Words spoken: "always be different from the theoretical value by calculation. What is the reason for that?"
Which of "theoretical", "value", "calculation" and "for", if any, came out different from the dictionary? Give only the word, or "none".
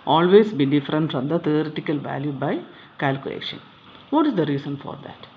theoretical